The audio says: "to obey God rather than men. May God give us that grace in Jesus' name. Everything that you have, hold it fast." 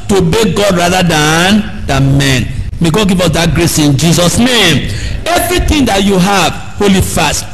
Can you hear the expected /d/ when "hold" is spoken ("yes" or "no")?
no